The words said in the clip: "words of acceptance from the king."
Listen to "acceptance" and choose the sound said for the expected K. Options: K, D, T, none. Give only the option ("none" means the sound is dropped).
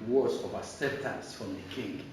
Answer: none